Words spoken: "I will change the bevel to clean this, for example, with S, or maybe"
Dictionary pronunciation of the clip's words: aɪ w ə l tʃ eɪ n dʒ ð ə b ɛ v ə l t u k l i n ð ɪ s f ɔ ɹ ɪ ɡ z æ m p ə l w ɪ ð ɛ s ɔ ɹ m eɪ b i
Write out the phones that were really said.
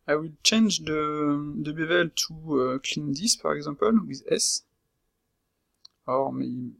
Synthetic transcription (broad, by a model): aɪ w ə l tʃ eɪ n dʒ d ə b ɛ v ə l t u k l i n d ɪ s p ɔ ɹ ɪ ɡ z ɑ p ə l w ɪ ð ɛ s ɔ ɹ m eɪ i